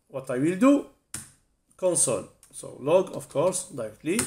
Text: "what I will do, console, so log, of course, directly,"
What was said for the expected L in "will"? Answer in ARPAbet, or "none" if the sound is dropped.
L